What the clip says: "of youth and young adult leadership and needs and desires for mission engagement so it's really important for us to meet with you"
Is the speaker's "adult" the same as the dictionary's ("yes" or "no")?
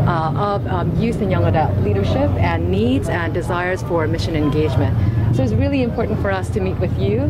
no